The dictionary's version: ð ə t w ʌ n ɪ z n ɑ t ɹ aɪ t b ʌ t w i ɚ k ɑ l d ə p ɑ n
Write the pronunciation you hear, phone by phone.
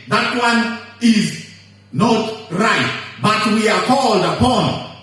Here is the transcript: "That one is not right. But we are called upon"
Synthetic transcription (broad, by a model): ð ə t w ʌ n ɪ z n ɑ t ɹ aɪ t b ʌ t w i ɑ k ɑ l d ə p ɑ n